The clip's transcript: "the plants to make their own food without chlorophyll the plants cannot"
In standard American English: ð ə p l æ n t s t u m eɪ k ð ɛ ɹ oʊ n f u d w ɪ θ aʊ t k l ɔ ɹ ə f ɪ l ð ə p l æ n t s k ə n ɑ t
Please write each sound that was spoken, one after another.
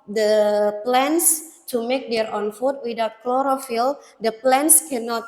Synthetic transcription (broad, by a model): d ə p l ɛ n s t u m eɪ k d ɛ ɹ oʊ n f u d w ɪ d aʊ t k l ɔ ɹ ə f ɪ l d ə p l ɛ n s k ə n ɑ t